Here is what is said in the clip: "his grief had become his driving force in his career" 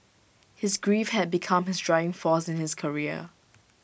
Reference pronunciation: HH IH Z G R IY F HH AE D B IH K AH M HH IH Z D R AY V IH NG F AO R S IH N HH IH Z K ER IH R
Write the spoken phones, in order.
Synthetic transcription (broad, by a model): HH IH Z G R IY F HH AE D B IH K AH M HH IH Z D R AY IH NG F AO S IH N HH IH S K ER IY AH